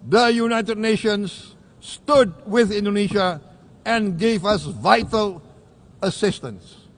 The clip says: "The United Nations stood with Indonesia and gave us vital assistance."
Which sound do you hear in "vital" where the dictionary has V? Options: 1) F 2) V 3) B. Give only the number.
2